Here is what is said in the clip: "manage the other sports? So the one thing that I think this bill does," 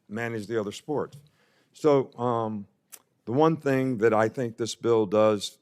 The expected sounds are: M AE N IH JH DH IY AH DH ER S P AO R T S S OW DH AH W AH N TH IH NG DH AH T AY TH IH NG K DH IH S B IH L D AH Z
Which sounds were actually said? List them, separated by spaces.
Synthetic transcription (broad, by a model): M AE N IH JH DH IY AH DH ER S P AO R T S S OW DH AH W AH N TH IH NG DH AH T AY TH IH NG K DH IH S B IH L D AH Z